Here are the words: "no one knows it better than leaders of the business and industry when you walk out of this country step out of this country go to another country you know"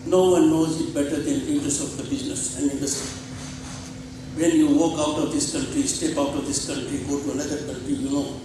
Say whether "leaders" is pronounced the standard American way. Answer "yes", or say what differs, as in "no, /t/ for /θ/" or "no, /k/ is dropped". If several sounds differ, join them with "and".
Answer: no, /n/ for /l/